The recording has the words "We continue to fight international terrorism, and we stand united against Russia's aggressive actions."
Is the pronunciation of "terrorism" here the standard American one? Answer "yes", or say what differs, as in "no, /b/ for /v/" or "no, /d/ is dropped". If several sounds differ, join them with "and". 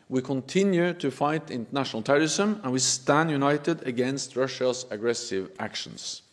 no, /s/ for /z/